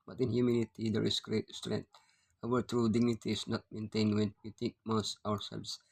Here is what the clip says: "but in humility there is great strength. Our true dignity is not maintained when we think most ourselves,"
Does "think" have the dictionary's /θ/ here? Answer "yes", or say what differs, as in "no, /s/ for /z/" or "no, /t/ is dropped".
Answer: no, /t/ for /θ/